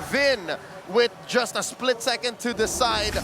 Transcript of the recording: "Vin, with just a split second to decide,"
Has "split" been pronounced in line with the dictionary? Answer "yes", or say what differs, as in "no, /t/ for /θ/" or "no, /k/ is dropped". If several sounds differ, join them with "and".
yes